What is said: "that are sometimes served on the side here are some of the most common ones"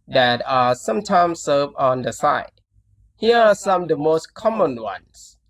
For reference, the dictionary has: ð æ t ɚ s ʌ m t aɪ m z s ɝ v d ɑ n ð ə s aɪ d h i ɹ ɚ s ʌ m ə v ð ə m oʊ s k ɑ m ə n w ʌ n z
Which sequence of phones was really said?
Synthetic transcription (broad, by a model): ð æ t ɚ s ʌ m t aɪ m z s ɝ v ɑ n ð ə s aɪ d h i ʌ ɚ s ʌ m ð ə m oʊ s k ɑ m ə n w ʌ n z